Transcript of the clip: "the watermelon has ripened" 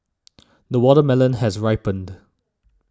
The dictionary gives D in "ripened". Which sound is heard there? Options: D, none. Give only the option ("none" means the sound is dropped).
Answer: D